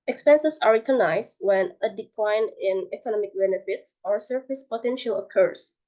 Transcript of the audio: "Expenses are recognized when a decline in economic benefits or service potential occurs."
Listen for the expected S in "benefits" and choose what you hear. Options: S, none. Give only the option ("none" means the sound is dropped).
S